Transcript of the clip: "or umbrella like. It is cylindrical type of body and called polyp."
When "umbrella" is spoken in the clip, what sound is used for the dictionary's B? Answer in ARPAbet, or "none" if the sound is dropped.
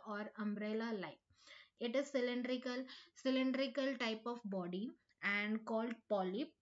B